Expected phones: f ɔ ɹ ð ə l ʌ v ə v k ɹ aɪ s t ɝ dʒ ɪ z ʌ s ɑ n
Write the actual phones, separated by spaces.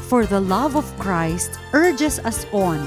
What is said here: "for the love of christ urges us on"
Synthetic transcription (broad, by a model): f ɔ ɹ ð ə l ʌ v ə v k ɹ aɪ s t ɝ dʒ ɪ s ʌ s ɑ n